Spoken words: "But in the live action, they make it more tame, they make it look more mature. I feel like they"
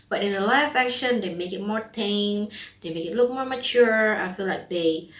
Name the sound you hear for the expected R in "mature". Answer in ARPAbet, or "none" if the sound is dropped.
R